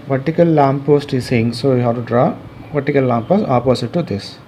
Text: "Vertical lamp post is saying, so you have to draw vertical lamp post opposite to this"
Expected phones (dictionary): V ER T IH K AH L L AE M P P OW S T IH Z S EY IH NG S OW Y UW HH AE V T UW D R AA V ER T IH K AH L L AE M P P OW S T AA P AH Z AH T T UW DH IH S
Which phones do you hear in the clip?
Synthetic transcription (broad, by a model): V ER T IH K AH L L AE M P P OW S T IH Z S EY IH NG S OW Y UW HH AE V T UW D R AA V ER T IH K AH L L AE M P P OW S T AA P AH S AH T T UW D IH S